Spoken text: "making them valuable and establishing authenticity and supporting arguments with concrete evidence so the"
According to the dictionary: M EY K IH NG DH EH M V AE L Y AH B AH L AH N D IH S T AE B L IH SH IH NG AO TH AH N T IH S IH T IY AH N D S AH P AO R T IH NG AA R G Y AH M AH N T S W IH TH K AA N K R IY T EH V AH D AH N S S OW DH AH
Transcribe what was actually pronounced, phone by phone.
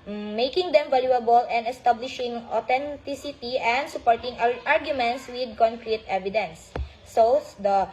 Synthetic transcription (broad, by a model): M EY K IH NG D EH M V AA L Y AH B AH L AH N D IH S T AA B L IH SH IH NG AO T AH N T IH S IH T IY AH N D S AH P AO R T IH NG AA R G Y AH M AH N T S W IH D K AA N K R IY T EH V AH D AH N S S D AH